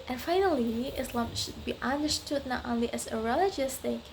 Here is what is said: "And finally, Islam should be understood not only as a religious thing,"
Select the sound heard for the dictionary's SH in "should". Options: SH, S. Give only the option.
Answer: SH